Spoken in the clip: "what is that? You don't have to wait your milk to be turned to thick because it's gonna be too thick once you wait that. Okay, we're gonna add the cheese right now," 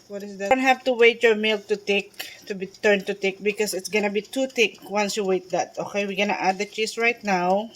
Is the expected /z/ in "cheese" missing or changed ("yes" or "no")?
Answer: yes